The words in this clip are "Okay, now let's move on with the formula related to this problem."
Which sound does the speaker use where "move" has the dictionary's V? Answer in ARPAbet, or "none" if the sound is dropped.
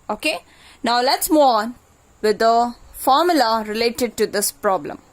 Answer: none